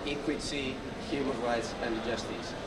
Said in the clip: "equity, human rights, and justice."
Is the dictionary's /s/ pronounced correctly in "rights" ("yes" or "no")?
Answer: yes